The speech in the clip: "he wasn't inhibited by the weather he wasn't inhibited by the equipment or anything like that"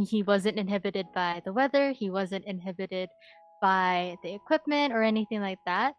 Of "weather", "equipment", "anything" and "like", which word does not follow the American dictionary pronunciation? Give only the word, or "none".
none